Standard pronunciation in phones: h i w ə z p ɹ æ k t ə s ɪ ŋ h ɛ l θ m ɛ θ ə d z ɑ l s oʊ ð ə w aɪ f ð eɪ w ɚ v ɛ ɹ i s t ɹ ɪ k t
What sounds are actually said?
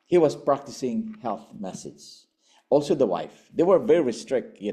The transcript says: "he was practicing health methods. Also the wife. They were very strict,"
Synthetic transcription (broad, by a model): h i w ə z p ɹ æ k t ə s ɪ ŋ h ɛ l θ m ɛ s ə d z ɑ l s oʊ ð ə w aɪ f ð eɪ w ɚ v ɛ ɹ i s t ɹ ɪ k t